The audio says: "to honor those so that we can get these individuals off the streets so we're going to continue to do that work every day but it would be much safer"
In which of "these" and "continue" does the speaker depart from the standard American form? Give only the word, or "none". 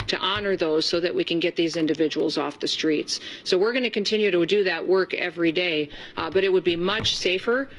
none